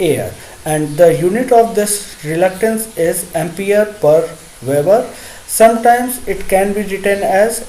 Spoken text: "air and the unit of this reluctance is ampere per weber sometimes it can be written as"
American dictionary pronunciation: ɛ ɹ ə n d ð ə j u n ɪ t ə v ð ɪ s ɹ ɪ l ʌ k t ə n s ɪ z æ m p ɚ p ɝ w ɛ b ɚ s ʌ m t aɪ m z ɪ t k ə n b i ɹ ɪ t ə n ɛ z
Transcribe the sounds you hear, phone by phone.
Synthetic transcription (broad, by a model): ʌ ɹ ə n d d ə j u n ɪ t ə v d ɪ s ɹ ɪ l ʌ k t ə n s ɪ z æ m p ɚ p ɝ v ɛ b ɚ s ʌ m t aɪ m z ɪ t k ə n b i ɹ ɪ t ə n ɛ z